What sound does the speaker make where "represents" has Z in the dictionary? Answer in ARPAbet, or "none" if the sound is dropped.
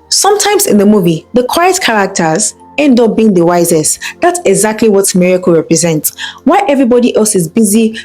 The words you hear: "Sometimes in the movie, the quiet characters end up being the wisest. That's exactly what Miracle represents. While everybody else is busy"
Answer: Z